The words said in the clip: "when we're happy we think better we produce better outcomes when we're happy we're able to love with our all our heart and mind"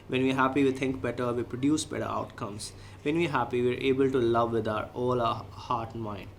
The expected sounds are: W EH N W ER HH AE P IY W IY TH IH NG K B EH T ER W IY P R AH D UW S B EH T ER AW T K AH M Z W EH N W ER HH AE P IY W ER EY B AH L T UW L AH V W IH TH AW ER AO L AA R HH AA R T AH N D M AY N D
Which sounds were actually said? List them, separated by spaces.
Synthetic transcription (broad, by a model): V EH N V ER HH AE P IY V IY T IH NG K B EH T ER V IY P R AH D UW S B EH T ER AW T K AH M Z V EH N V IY HH AE P IY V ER EY B AH L T UW L AH V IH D AW ER AO L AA HH AA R T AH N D M AY N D